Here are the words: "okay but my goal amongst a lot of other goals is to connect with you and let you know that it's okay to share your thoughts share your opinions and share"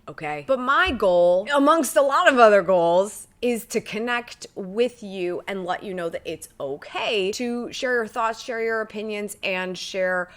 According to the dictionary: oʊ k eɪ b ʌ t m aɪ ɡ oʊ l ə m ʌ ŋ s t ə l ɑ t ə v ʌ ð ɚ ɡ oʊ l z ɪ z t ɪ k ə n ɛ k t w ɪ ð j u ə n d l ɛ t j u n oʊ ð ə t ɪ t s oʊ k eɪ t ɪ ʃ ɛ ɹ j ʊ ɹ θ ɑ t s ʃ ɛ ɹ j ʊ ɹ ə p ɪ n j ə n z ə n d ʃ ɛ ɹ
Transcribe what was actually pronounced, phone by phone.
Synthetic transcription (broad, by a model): oʊ k eɪ b ʌ t m aɪ ɡ oʊ l ə m ʌ ŋ s t ə l ɑ t ə v ʌ ð ɚ ɡ oʊ l z ɪ z t ɪ k ə n ɛ k t w ɪ ð j u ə n l ɛ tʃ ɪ n oʊ ð ə t ɪ t s oʊ k eɪ t ɪ ʃ ɛ ɹ j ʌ ɹ θ ɑ t s ʃ ɛ ɹ j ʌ ɹ ə p ɪ n j ə n z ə n ʃ ɛ ɹ